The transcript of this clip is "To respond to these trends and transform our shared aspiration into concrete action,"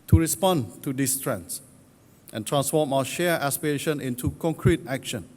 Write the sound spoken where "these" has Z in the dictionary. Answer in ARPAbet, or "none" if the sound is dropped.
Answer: S